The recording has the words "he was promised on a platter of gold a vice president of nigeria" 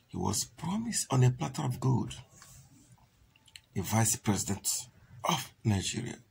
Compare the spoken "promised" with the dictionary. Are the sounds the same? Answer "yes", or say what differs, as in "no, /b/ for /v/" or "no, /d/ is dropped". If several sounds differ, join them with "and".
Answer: yes